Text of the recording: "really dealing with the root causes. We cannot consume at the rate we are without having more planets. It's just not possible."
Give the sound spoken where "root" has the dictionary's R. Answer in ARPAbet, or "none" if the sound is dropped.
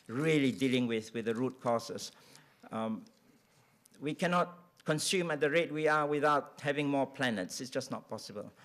R